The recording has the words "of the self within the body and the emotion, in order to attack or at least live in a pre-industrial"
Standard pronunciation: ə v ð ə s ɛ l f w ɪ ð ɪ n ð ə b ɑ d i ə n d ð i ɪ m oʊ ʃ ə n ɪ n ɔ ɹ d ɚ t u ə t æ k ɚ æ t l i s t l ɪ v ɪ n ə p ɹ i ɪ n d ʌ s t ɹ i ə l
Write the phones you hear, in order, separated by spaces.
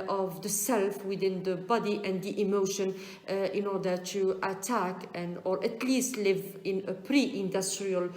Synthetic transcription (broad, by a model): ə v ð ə s ɛ l f w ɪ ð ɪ n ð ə b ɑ d i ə n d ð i ɪ m oʊ ʃ ə n ɪ n ɔ ɹ d ɚ t u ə t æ k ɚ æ t l i s t l ɪ v ɪ n ə p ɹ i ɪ n d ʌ s t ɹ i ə l